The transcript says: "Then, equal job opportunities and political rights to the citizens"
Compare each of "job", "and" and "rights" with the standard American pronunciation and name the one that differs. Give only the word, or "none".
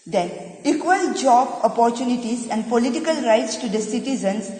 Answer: none